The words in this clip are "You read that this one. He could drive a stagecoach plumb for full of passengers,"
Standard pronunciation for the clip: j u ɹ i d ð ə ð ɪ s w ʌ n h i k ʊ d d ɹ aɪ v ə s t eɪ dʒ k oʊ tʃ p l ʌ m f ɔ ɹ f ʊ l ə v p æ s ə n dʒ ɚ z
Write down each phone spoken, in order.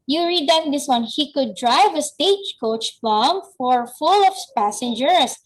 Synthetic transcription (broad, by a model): j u ɹ i d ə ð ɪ s w ʌ n h i k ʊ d d ɹ aɪ v ə s t eɪ dʒ k oʊ tʃ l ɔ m f ɔ ɹ f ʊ l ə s p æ s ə n dʒ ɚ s